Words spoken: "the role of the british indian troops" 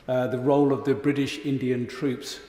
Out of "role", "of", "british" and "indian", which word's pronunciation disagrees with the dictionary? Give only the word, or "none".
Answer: none